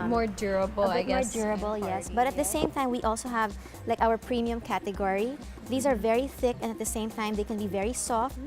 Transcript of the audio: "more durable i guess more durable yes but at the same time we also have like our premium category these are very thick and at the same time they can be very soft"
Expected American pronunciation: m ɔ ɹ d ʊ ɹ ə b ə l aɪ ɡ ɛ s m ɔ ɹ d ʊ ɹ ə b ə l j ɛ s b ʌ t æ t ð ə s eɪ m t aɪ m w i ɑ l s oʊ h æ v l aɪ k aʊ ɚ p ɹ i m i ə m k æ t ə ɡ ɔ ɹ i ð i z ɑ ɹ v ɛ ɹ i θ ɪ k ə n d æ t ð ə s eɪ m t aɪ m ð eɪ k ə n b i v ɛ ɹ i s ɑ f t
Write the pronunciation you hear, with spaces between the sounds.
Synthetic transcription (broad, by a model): m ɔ ɹ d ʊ ɹ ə b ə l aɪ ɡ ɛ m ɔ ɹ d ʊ ɹ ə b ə l j ɛ s b ʌ t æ t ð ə s eɪ m t aɪ m w i ɑ l s oʊ h æ v l aɪ k aʊ ɚ p ɹ i m i ə m k æ t ə ɡ ɔ ɹ i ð i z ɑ ɹ v ɛ ɹ i θ ɪ k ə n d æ t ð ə s eɪ m t aɪ m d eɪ k ə n b i v ɛ ɹ i s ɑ f t